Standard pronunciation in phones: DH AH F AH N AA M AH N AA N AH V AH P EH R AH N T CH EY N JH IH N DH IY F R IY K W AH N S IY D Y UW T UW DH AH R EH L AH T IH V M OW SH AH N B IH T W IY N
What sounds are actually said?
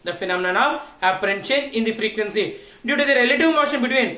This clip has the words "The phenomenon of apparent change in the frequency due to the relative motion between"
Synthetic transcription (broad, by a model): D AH F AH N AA M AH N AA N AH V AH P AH R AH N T SH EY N IH N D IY F R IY K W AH N S IY D Y UW T UW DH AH R EH L AH T IH V M OW SH AH N B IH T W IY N